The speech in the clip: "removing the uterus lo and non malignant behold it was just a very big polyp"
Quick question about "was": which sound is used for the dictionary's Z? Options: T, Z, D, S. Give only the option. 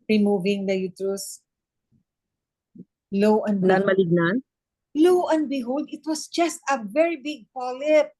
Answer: S